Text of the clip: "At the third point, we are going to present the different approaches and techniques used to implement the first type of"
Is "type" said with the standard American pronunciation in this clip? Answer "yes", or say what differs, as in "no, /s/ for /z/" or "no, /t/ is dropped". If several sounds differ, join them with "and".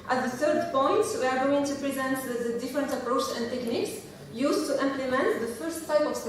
yes